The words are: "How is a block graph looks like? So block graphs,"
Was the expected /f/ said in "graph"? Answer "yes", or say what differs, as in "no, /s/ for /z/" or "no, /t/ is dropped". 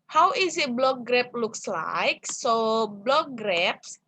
no, /p/ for /f/